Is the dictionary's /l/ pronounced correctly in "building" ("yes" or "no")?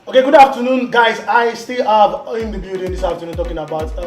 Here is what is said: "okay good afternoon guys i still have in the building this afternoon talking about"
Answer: no